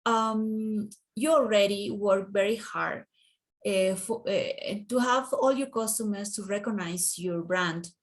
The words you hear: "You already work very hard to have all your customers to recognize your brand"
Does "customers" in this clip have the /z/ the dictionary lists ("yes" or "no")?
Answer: no